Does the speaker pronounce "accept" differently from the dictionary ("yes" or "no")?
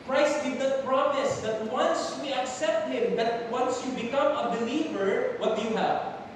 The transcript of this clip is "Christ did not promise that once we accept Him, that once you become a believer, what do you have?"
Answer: no